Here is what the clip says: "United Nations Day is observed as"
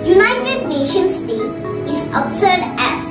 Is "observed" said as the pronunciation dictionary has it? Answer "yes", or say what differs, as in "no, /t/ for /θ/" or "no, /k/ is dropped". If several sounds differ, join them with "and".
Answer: no, /v/ is dropped